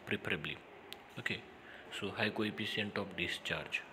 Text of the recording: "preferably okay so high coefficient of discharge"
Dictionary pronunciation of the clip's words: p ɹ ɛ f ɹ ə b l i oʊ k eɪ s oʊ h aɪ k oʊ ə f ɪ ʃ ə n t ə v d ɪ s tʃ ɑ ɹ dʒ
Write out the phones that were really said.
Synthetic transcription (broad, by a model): p ɹ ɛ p ɹ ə b l i oʊ k eɪ s oʊ h aɪ k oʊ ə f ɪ s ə n t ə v d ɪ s tʃ ɑ ɹ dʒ